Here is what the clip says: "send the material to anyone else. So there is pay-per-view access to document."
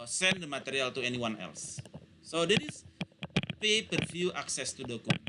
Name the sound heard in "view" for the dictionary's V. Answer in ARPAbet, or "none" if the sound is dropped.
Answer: F